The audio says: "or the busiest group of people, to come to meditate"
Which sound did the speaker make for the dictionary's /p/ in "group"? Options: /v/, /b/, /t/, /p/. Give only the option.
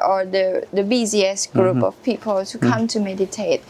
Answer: /p/